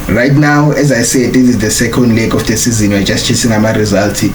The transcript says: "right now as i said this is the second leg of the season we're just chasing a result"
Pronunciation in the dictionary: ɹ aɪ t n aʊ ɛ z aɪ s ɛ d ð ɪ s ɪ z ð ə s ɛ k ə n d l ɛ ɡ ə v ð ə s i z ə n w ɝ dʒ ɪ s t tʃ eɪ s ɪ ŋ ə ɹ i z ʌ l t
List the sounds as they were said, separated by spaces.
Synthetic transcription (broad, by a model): ɹ aɪ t n aʊ ɛ z aɪ s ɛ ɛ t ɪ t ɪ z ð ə s ɛ k ə n d l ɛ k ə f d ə s i z ə n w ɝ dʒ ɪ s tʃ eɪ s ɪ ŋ ə ɹ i z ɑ l t